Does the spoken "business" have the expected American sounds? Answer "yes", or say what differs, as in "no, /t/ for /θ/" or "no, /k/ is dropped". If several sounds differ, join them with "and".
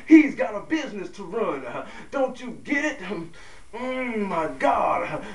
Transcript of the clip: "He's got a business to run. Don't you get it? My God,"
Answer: yes